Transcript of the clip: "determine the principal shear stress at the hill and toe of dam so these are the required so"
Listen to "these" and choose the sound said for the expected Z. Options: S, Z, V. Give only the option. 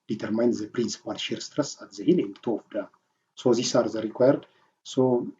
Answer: S